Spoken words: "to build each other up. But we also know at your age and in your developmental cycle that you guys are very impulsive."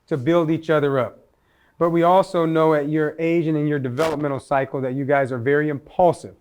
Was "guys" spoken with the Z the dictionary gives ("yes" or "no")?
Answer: yes